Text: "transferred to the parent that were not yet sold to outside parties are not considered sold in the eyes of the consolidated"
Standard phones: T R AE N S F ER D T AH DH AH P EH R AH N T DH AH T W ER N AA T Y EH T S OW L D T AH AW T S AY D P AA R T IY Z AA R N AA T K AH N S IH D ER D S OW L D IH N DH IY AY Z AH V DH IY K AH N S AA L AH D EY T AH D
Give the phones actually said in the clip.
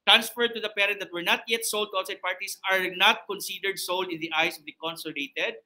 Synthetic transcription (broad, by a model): T R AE N S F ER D T AH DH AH P EH R AH N T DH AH T W ER N AA T Y EH T S OW L D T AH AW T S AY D P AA R T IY S AA R N AA T K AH N S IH D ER D S OW L D IH N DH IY AY S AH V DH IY K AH N S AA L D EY T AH D